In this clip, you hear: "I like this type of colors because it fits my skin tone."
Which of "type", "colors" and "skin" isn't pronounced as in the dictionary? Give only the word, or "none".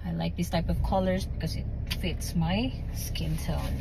none